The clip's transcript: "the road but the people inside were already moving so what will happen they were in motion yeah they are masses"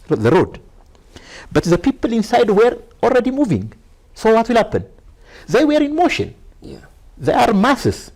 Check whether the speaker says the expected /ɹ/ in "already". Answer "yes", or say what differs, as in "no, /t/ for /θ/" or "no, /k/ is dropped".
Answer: yes